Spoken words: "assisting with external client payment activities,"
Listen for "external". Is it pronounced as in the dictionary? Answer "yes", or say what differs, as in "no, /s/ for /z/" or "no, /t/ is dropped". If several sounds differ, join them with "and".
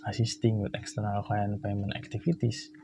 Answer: yes